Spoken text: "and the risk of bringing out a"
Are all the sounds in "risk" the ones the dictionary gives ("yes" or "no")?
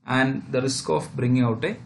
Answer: yes